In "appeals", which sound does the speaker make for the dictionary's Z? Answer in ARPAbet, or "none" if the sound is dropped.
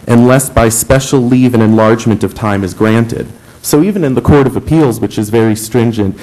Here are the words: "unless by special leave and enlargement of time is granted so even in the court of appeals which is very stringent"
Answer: Z